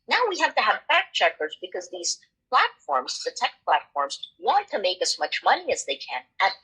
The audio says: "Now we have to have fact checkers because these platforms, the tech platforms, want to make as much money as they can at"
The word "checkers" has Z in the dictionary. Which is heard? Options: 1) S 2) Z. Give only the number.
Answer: 2